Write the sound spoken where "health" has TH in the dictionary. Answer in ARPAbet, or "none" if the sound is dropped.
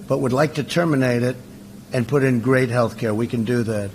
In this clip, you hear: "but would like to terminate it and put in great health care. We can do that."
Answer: TH